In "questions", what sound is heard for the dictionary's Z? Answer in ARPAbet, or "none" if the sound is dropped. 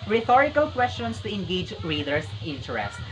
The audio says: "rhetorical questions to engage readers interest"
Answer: S